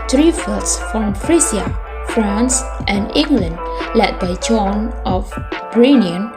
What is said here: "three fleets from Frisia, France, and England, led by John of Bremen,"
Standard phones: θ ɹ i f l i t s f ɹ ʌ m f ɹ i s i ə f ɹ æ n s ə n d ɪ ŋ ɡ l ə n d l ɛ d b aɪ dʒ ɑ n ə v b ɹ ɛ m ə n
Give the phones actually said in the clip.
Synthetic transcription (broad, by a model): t ɹ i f i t s f ɹ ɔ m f ɹ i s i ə f ɹ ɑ n s ə n d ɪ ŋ ɡ l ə n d l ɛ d b aɪ dʒ ɑ n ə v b ɹ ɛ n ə n